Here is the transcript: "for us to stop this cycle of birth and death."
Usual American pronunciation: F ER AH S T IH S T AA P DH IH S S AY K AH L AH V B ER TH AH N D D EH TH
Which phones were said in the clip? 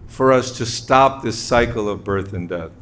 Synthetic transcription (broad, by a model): F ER AH S T IH S T AA P DH IH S S AY K L AH V B ER TH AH N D D EH TH